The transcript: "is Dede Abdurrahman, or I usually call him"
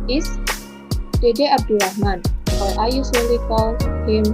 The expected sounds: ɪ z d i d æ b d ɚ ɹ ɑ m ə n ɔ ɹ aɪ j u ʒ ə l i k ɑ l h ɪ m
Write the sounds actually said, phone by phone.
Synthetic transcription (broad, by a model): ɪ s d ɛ d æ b d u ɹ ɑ m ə n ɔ l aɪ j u s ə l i k ɑ l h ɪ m